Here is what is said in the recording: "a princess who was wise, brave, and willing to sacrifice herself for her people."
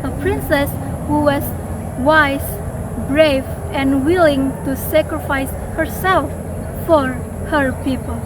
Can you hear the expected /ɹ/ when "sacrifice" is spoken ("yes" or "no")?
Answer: yes